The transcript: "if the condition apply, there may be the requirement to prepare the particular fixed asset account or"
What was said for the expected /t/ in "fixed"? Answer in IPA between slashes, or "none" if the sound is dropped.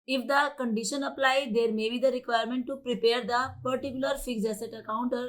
none